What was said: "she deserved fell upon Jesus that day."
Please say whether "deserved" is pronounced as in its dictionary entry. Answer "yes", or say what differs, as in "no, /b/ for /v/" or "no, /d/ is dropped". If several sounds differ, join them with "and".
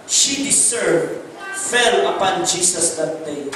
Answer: no, /s/ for /z/